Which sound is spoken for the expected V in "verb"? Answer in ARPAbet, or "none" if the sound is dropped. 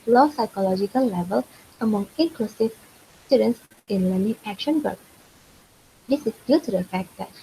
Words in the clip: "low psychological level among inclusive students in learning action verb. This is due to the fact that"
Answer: B